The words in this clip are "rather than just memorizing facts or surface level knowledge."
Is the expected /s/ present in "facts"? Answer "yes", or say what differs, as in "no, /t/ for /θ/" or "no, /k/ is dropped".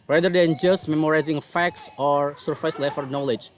yes